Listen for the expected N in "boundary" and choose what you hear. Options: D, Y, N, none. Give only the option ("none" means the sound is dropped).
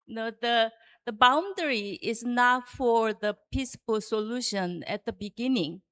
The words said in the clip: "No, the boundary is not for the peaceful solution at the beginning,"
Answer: N